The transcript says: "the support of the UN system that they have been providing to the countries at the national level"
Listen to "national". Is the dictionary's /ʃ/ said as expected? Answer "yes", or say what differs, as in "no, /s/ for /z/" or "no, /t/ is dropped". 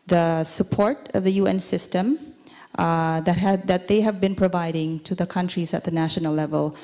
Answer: yes